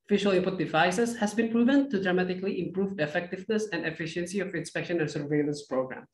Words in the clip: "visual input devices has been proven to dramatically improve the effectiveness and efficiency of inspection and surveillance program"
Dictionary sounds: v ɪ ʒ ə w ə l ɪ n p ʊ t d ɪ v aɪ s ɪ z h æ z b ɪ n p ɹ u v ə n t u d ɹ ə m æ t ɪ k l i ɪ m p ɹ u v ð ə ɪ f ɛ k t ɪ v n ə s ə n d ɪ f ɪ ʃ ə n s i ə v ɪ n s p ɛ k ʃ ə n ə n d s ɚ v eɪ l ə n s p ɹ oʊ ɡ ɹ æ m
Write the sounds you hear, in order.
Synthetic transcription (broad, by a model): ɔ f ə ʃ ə l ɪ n p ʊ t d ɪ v aɪ s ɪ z h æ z b ɪ n p ɹ u v ə n t u d ɹ ə m æ t ɪ k l i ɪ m p ɹ u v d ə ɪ f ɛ k t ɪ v n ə s ə n d ɪ f ɪ ʃ ə n s i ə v ɪ n s p ɛ k ʃ ə n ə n s ɚ v eɪ l ə n s p ɹ oʊ ɡ ɹ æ m